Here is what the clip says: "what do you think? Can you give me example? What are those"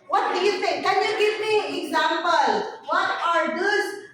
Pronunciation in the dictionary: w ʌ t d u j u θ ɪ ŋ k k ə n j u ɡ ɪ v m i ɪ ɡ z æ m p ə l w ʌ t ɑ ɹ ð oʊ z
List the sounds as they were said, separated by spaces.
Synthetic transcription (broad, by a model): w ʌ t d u j u t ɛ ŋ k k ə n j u ɡ ɪ v m i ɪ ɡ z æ m p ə l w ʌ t ɑ ɹ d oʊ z